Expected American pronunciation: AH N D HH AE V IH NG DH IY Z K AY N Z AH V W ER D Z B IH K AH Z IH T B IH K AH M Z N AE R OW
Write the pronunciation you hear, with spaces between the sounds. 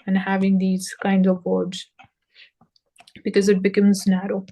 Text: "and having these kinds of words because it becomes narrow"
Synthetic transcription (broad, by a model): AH N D HH AE V IH NG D IY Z K AY N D AH V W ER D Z B IH K AH Z IH T B IH K AH M Z N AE R OW